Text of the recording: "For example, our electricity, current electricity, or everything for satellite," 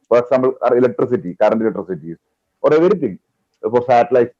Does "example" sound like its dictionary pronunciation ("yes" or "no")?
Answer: no